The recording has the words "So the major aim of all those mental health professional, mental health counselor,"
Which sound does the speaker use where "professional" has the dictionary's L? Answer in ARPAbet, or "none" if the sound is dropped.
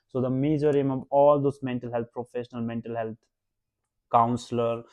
L